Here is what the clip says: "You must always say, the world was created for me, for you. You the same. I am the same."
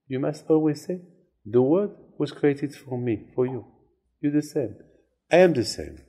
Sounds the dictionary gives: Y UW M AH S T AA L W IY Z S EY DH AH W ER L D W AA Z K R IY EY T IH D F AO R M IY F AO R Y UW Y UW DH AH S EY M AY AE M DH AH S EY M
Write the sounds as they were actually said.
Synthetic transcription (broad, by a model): Y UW M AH S T AA L W IY Z S EY DH AH W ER D W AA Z K R IY EY T IH D F AO R M IY F AO R Y UW Y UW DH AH S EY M AY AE M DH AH S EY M